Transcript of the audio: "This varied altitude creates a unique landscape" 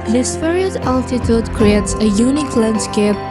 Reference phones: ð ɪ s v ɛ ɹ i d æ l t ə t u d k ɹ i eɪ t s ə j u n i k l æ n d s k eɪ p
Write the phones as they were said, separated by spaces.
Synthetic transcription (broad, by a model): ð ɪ s p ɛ ɹ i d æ l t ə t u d k ɹ i eɪ t s ə j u n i k l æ n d s k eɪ p